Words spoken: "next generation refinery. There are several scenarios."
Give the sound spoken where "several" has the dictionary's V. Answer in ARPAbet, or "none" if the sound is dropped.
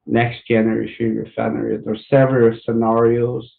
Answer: V